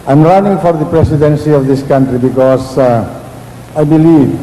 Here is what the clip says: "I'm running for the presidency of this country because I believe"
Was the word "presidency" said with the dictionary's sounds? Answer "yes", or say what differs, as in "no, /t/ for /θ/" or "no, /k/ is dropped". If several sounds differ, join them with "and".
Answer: no, /s/ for /z/